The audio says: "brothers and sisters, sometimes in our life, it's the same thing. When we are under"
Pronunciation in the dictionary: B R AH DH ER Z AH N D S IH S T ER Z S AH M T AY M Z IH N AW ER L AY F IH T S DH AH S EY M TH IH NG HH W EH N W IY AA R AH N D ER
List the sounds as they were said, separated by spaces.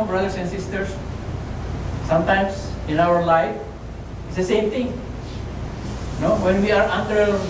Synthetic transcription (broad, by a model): B R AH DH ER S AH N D S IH S T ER S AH M T AY M S IH N AW ER L AY F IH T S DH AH S EY M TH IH NG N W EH N W IY AA R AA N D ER